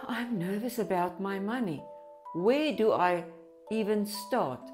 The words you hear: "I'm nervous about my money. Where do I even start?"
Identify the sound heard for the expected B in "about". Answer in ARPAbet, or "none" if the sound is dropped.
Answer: B